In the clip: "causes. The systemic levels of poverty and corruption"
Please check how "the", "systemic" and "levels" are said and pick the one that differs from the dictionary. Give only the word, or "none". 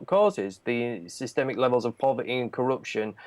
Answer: none